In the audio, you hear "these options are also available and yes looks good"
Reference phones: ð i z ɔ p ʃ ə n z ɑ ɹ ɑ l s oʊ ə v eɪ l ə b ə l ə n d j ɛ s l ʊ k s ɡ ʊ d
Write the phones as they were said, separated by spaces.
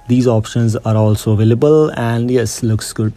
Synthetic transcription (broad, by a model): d i z ɔ p ʃ ə n z ɑ ɹ ɑ l s oʊ v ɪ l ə b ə l ə n d j ɛ s l ʊ k s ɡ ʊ d